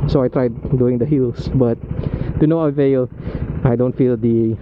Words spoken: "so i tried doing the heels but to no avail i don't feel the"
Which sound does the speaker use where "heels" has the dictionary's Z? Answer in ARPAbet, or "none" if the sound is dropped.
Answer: S